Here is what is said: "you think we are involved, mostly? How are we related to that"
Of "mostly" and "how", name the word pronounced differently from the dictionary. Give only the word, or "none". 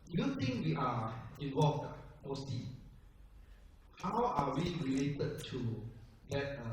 mostly